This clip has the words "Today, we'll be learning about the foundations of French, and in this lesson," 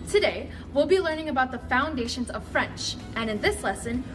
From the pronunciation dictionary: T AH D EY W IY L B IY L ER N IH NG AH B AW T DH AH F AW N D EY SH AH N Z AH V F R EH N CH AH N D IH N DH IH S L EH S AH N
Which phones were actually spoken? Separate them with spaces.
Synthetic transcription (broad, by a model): T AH D EY W IY L B IY L ER N IH NG AH B AW T DH AH F AW N D EY SH AH N Z AH V F R EH N CH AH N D IH N DH IH S L EH S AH N